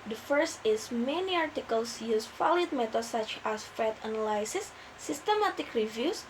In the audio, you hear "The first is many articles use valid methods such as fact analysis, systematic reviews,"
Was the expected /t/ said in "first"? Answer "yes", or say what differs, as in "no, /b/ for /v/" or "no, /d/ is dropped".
yes